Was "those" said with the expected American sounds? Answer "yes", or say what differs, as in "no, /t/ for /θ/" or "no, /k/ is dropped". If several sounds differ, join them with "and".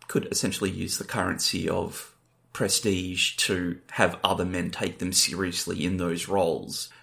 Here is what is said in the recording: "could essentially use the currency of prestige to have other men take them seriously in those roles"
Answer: yes